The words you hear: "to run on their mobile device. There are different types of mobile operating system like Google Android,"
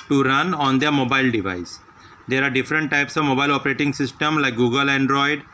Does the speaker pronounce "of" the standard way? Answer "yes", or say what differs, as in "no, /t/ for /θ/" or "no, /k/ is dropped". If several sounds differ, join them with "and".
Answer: yes